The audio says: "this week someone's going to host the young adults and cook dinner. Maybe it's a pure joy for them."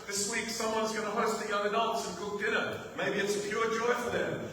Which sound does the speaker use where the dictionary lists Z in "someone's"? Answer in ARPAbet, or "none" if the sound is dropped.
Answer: Z